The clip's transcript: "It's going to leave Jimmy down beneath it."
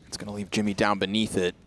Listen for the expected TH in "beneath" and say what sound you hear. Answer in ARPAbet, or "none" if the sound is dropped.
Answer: TH